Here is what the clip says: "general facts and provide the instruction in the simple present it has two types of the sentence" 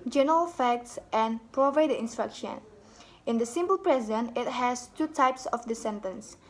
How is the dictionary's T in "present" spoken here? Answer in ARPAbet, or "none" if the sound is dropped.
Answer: none